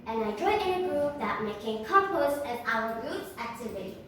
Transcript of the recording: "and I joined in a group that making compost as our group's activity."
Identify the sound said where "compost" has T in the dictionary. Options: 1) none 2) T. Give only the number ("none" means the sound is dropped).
1